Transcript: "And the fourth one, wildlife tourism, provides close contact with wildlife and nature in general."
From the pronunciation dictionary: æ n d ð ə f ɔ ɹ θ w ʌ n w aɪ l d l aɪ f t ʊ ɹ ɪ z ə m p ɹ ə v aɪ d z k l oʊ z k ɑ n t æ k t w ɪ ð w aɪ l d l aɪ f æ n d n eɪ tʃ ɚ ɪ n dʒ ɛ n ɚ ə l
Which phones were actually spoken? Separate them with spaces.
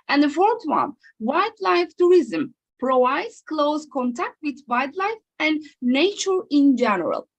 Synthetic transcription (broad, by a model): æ n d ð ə f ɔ ɹ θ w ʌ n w aɪ d l aɪ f t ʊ ɹ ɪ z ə m p ɹ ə aɪ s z k l oʊ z k ɑ n t æ k t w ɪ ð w aɪ d l aɪ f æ n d n eɪ tʃ ɚ ɪ n dʒ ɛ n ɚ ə l